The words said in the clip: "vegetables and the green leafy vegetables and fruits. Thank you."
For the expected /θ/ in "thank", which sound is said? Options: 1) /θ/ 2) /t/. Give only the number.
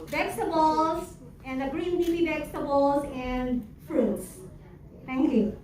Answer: 2